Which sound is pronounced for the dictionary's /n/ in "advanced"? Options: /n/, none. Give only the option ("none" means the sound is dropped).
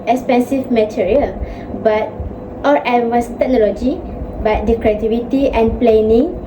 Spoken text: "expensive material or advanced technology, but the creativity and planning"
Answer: none